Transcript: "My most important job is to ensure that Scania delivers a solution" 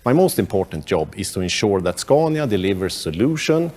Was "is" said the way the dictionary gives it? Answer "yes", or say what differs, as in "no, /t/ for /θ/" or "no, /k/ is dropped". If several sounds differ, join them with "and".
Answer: no, /s/ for /z/